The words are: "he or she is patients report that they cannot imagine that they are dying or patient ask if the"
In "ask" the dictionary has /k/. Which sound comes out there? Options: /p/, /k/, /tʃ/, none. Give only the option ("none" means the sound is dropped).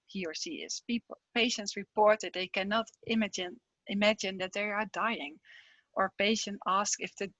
/k/